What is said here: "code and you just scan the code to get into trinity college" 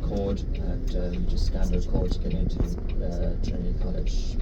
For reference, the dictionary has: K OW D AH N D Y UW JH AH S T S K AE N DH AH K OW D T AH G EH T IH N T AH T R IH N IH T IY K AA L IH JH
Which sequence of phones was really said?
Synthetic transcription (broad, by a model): K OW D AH N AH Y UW JH AH S T S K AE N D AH K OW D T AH G EH T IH N T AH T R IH IH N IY K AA L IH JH